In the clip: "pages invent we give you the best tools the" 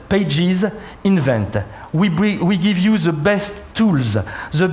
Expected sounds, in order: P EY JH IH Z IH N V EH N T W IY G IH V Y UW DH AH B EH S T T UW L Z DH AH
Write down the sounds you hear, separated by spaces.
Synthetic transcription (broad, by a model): P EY JH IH Z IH N V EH N T W IY G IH V Y UW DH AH B EH S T T UW L Z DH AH